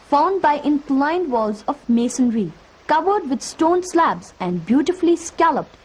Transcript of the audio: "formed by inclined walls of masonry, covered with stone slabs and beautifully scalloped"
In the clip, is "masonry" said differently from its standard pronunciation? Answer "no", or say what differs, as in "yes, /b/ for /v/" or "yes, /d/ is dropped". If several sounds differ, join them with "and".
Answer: no